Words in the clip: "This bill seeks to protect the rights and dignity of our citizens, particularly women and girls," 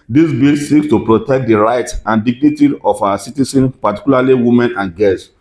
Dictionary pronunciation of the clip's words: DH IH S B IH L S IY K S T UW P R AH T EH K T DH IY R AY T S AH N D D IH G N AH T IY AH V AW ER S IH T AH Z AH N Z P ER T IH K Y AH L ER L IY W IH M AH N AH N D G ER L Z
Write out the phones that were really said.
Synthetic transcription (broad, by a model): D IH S B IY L S IY K S T UW P R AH T EH K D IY R AY T AH N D D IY G N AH T IY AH F AW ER S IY T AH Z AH N P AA T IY K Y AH L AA L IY W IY M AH N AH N G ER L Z